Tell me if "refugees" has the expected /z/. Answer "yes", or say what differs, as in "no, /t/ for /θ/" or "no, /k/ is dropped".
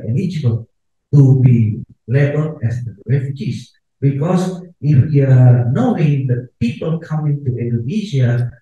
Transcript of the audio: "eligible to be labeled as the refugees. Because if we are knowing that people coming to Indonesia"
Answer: no, /s/ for /z/